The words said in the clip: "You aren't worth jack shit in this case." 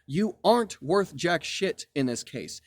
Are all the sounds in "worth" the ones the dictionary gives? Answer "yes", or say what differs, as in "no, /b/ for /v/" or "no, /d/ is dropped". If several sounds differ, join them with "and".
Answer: yes